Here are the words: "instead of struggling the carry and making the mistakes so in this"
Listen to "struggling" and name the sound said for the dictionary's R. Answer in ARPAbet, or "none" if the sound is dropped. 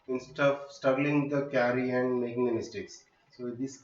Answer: none